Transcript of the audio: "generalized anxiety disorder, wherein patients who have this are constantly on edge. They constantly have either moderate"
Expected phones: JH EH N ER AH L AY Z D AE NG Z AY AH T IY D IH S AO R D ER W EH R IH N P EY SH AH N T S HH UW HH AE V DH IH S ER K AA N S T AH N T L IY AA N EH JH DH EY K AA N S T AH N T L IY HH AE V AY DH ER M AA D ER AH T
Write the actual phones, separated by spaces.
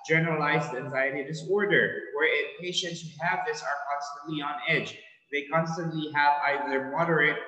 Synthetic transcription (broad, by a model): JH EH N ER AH L AY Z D AE NG Z AY AH T IY D IH S AO R D ER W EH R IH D P EY SH AH N T S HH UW HH AE V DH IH S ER K AA N S T AH N T L IY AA N EH JH DH EY K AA N S T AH N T L IY HH AE V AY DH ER M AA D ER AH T